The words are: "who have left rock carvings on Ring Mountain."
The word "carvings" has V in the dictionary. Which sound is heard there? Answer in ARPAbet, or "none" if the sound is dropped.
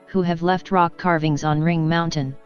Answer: V